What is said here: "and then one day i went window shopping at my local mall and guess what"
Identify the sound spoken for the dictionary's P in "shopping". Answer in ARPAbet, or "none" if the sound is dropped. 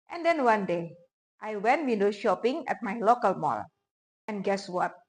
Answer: P